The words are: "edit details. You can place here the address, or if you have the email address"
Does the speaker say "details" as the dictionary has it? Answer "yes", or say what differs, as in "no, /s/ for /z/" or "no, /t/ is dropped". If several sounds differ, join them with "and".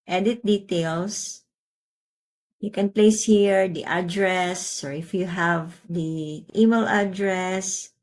no, /s/ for /z/